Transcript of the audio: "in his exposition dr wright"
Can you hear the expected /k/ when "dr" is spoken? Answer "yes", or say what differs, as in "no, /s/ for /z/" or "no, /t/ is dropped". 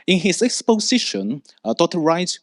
no, /k/ is dropped